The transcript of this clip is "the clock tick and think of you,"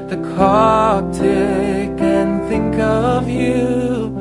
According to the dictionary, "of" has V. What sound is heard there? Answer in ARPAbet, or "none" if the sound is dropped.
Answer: V